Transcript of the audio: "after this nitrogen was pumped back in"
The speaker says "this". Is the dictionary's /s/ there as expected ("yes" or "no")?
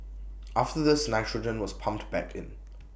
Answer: yes